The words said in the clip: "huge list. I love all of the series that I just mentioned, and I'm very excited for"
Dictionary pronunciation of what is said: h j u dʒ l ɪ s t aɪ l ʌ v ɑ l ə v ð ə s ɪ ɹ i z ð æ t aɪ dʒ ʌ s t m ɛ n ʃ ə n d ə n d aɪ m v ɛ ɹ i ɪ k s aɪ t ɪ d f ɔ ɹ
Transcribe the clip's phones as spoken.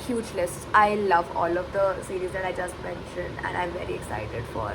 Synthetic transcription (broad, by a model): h j u dʒ l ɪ s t aɪ l ʌ v ɑ l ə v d ə s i ɹ i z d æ t aɪ dʒ ʌ s t m ɛ n ʃ ə n d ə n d aɪ m v ɛ ɹ i ɪ k s aɪ t ɪ d f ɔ ɹ